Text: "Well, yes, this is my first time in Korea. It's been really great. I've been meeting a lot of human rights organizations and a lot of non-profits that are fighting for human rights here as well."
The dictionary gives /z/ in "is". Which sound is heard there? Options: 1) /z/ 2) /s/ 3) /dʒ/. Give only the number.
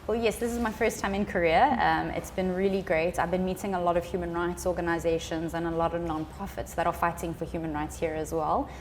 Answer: 1